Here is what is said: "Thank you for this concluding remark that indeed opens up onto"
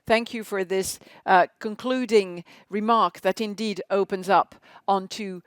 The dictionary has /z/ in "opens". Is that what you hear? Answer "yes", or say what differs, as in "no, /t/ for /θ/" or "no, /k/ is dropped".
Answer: yes